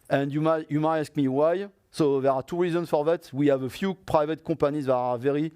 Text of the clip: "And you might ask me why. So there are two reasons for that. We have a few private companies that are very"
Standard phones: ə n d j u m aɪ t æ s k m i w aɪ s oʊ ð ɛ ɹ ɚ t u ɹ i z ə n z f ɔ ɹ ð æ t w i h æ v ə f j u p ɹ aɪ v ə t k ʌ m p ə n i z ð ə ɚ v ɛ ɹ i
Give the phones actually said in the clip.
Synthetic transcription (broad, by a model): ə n d j u m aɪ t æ s k m i w aɪ s oʊ ð ɛ ɹ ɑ t u ɹ i z ə n z f ɔ ɹ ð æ t w i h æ v ə f j u p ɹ aɪ v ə t k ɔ p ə n i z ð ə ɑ v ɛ ɹ i